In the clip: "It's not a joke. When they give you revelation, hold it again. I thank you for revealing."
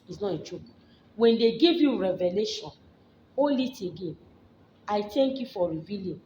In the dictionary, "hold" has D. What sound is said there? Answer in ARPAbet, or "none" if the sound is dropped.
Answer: none